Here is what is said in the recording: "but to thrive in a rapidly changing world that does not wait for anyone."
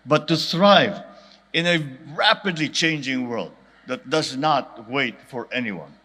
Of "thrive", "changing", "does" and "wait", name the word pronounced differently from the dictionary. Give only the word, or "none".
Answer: thrive